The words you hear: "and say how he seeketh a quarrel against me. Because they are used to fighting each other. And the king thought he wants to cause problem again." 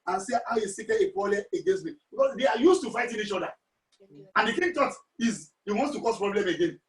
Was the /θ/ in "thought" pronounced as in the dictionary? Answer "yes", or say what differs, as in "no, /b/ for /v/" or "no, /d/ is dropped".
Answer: no, /t/ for /θ/